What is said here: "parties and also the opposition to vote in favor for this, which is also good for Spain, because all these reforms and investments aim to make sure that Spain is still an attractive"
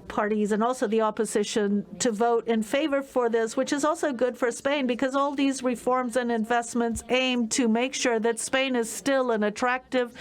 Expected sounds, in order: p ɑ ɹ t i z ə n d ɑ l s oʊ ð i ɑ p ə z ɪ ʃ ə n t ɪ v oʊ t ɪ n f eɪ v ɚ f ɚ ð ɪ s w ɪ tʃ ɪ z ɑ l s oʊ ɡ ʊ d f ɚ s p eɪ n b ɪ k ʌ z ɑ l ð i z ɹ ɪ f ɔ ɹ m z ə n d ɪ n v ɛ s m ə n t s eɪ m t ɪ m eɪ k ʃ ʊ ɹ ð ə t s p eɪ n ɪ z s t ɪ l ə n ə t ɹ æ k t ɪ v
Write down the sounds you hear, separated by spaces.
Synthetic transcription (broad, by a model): p ɑ ɹ t i z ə n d ɑ l s oʊ ð i ɑ p ə z ɪ ʃ ə n t ɪ v oʊ t ɪ n f eɪ v ɚ f ɚ ð ɪ s w ɪ tʃ ɪ z ɑ l s oʊ ɡ ʊ d f ɚ s p eɪ n b ɪ k ʌ z ɑ l ð i z ɹ ɪ f ɔ ɹ m z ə n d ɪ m v ɛ s m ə n t s eɪ m t ɪ m eɪ k ʃ ʊ ɹ ð ə t s p eɪ n ɪ z s t ɪ l ə n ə t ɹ æ k t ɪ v